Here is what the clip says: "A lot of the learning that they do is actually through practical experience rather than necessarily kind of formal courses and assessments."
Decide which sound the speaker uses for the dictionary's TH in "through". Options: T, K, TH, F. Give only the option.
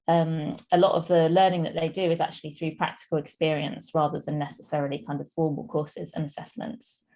TH